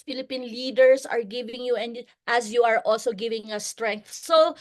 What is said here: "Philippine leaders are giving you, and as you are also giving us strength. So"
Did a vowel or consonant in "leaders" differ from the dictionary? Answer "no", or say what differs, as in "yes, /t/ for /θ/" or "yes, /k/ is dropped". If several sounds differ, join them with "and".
yes, /s/ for /z/